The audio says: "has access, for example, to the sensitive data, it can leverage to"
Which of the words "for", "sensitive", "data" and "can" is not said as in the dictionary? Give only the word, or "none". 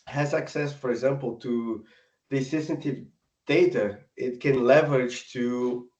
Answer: sensitive